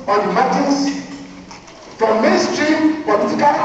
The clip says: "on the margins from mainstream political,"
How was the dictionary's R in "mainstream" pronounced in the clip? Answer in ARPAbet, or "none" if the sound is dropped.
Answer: R